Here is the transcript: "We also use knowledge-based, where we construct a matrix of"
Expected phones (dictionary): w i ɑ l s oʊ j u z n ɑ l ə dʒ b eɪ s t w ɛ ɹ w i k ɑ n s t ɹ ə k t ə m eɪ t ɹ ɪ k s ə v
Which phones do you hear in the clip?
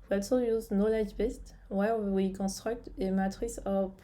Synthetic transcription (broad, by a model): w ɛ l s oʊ j u z n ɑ l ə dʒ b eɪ s t w ɛ ɹ w i k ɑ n s t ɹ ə k t ə m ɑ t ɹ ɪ s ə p